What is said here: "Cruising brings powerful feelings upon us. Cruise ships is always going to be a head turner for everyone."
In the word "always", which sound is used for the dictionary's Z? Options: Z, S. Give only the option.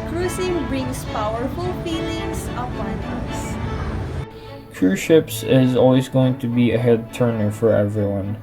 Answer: Z